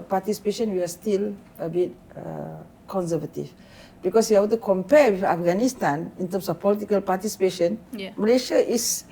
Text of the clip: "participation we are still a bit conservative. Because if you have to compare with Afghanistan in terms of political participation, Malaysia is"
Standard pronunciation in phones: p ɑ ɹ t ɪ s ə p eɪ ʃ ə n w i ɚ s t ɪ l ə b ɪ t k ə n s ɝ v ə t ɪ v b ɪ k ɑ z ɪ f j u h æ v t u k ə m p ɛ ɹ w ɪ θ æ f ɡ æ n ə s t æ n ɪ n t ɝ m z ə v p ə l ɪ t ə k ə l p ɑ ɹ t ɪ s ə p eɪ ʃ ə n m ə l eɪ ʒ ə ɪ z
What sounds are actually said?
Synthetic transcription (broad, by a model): p ɑ t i s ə p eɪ ʃ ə n w i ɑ s t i l ə b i t k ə n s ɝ v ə t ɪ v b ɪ k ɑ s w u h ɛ b t u k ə m p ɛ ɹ w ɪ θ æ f ɡ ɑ n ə s t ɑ n ɪ n t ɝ m s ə f p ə l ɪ t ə k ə l p ɑ t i s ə p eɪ ʃ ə n m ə l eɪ ʃ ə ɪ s